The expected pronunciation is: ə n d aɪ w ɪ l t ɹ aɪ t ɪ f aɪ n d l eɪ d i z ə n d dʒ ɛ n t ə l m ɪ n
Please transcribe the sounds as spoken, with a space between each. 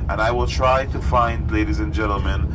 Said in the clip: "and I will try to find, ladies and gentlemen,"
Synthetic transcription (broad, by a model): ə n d aɪ w ɪ l t ɹ aɪ t ɪ f aɪ n d l eɪ d i z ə n dʒ ɛ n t l m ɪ n